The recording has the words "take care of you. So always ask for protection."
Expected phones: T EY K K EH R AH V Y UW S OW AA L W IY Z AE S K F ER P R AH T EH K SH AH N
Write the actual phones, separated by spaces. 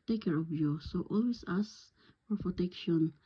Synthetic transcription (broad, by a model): T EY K K EH R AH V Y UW S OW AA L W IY S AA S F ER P R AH T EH K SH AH N